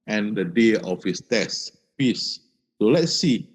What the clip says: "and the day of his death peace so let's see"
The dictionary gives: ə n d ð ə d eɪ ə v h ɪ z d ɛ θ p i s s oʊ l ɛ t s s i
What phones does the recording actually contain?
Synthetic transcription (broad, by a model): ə n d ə d eɪ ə f h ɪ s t ɛ s p i s s oʊ l ɛ t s s i